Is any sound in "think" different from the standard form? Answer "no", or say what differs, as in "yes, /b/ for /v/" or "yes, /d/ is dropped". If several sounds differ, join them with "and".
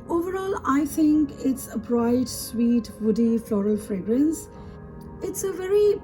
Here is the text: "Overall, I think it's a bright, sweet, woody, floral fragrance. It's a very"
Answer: yes, /t/ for /θ/